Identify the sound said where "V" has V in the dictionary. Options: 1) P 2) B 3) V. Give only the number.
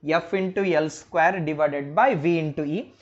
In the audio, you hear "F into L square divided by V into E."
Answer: 3